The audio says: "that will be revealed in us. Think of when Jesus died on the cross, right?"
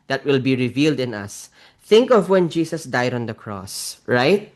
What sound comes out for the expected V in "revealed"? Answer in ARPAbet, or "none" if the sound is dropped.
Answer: V